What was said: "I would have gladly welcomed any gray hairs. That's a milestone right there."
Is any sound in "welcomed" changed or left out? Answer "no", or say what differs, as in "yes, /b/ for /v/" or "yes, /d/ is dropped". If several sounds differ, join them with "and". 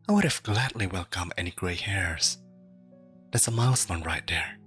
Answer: yes, /d/ is dropped